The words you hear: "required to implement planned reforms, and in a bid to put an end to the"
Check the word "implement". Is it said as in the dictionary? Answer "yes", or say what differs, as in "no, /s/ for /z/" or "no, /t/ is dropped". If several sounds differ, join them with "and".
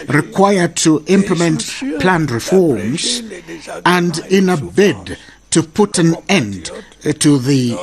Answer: yes